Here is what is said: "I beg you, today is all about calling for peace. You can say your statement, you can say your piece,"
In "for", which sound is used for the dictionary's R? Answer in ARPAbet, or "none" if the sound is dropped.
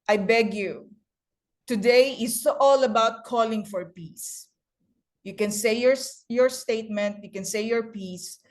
R